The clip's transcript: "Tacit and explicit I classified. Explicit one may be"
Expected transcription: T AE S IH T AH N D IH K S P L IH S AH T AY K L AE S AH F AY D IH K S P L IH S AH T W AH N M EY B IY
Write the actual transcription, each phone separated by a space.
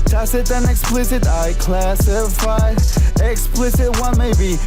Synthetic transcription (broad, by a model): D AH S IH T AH N IH K S P L IH S AH T AY K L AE S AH F AY IH K S P L IH S AH T W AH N M EY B IY